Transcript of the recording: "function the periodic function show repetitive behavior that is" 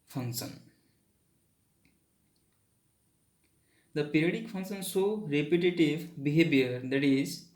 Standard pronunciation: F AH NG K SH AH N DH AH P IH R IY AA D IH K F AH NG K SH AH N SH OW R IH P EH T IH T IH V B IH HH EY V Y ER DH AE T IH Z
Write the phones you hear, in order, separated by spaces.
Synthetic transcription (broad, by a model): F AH NG K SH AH N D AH P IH R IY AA D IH K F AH NG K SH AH N S OW R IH P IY T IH T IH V B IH HH EY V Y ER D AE T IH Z